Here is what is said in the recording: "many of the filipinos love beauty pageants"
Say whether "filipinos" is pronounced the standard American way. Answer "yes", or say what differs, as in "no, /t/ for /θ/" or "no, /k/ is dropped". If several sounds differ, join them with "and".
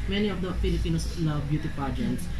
no, /s/ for /z/